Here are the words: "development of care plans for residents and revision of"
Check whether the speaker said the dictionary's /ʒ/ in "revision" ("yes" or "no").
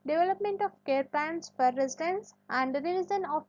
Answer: no